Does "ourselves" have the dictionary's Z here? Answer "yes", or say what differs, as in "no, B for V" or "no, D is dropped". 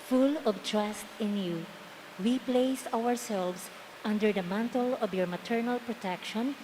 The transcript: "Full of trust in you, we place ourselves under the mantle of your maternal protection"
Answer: no, S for Z